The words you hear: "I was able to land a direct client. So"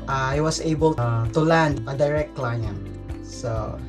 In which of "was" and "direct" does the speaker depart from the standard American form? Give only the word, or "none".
was